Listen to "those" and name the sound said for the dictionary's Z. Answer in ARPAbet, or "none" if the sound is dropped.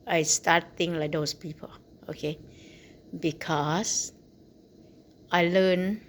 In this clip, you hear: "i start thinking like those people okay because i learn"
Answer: S